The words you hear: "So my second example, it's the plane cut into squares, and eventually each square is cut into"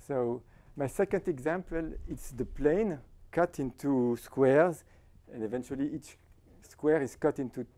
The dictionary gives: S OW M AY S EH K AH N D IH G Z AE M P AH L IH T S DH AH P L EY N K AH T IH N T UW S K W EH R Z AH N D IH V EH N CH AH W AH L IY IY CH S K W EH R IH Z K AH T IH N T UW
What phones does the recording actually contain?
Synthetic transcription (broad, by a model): S OW M AY S EH K AH N D IH G Z AE M P AH L IH T S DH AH P L EY N K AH T IH N T UW S K W EH R Z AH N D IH V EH N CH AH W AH L IY IY CH S K W EH R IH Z K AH T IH N T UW